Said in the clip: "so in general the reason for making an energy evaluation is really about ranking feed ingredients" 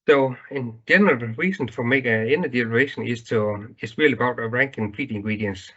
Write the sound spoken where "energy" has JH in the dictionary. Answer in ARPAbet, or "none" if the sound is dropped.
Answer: none